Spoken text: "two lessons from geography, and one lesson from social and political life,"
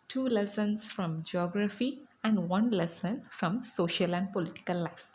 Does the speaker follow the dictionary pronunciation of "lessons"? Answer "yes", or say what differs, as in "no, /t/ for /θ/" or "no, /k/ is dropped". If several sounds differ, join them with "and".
no, /s/ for /z/